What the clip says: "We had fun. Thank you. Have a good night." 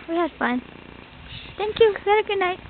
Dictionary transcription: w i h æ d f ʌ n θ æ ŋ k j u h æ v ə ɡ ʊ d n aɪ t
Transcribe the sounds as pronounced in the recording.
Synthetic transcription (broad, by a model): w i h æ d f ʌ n t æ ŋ k j u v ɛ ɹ ə ɡ ʊ d n aɪ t